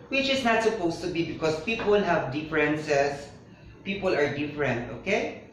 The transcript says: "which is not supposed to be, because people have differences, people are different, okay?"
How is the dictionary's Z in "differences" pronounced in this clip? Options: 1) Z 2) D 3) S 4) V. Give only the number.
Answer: 3